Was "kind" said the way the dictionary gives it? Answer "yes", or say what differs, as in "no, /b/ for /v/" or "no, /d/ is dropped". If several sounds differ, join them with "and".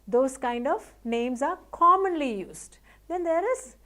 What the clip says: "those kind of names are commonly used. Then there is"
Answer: yes